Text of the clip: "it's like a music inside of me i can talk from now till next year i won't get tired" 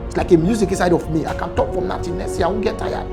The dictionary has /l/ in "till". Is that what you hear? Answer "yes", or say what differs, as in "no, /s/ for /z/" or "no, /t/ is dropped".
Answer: no, /n/ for /l/